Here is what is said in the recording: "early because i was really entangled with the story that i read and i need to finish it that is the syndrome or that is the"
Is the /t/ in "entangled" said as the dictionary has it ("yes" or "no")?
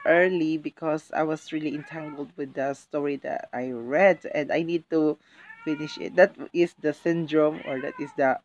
yes